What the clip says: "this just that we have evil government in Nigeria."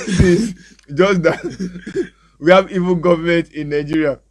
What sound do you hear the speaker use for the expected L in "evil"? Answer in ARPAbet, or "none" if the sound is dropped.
N